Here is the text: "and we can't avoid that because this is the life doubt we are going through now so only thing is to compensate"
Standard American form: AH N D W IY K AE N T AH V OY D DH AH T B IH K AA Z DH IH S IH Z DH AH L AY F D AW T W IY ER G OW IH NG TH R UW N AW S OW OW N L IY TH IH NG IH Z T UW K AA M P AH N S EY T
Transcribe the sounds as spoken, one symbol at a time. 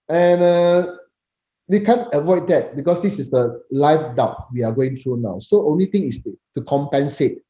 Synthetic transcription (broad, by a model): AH N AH W IY K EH N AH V OY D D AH T B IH K AA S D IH S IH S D AH L AY F D AW T W IY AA G OW IH NG T R UW N AW S OW OW N L IY T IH NG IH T T UW K AA M P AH N S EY T